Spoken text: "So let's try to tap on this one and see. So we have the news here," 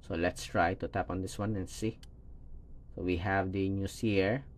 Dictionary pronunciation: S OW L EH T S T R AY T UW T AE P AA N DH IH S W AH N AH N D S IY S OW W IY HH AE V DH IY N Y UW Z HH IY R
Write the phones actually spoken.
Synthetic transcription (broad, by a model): S OW L EH T S T R AY T UW T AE P AA N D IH S W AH N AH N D S IY S OW W IY HH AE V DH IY N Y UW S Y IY R